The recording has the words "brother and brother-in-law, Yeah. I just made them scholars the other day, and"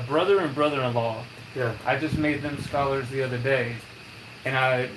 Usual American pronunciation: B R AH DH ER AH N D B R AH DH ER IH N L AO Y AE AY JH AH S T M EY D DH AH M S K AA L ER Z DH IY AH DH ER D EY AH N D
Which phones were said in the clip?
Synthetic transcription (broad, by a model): B R AH DH ER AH N B R AH DH ER IH N L AO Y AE AY JH AH S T M EY D DH AH M S K AA L ER Z DH IY AH DH ER D EY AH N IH